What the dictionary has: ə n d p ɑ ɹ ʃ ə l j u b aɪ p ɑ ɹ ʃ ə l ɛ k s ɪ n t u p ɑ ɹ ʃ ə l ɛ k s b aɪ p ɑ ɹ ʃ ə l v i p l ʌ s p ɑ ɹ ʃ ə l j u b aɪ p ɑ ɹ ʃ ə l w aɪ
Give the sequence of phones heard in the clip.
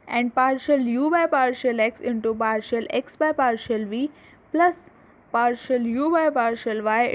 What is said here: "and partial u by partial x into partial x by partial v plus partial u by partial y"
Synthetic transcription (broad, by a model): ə n d p ɑ ɹ ʃ ə l j u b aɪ p ɑ ɹ ʃ ə l ɛ k s ɪ n t u p ɑ ɹ ʃ ə l ɛ k s b aɪ p ɑ ɹ ʃ ə l v i p l ʌ s p ɑ ɹ ʃ ə l j u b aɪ p ɑ ɹ ʃ ə l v aɪ